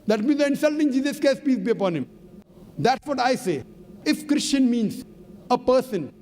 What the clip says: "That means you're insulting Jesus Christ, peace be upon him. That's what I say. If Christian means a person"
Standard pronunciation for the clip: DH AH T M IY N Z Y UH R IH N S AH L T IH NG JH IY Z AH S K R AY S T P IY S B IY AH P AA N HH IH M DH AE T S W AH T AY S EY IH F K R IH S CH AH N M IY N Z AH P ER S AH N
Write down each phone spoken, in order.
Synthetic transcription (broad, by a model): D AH T M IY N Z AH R IH N S AH L T IH NG JH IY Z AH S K EH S P IY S B IY AH P AA N HH IH M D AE T S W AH T AY S EY IH F K R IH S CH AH N M IY N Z AH P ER S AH N